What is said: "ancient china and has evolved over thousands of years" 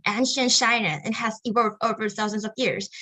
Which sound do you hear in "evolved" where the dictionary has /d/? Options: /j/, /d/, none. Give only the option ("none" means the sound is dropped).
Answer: none